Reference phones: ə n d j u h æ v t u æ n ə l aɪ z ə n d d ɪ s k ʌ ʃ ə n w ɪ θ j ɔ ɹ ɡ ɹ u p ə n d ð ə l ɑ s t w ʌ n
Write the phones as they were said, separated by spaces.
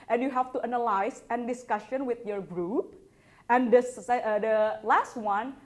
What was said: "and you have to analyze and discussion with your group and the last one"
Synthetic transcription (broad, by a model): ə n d j u h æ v t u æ n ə l aɪ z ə n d d ɪ s k ʌ ʃ ə n w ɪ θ j ɔ ɹ ɡ ɹ u p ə n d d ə l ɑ s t w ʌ n